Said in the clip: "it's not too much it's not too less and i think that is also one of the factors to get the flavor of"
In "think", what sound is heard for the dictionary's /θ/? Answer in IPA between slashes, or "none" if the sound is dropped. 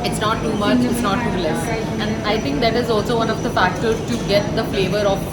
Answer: /t/